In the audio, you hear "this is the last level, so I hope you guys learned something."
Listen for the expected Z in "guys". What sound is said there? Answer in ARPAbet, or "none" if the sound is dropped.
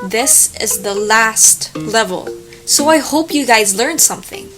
Z